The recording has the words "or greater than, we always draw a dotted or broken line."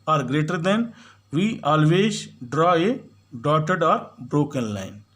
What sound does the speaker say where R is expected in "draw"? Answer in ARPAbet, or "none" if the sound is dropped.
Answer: R